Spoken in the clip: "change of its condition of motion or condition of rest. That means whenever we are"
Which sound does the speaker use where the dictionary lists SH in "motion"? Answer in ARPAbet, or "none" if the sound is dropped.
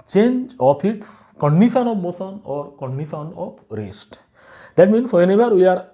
S